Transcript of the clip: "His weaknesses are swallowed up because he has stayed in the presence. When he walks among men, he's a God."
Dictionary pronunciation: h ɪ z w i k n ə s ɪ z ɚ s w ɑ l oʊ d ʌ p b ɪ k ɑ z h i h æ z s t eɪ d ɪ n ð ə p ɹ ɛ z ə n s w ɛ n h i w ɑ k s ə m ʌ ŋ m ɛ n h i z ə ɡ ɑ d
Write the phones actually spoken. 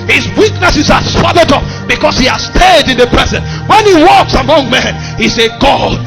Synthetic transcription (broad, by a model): h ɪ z w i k n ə s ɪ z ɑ s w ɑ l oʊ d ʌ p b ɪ k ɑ s h i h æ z s t eɪ d ɪ n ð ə p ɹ ɛ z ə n w ɛ n h i w ɑ k s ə m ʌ ŋ m ɛ n h i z ə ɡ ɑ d